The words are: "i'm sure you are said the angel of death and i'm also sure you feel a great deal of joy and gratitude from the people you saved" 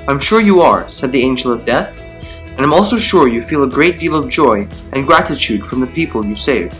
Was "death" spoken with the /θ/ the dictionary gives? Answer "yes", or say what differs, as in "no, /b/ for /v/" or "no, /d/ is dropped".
yes